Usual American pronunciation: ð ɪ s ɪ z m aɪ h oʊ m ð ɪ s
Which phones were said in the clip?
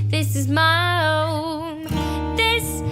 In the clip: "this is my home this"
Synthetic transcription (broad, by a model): ð ɪ s ɪ z m aɪ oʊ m ð ɪ s